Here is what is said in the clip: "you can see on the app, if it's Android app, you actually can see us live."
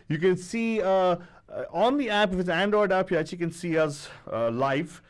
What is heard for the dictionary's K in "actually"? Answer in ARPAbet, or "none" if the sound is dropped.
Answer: none